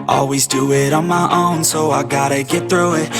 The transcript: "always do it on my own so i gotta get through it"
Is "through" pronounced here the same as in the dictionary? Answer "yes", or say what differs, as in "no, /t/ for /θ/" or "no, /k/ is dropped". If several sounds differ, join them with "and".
yes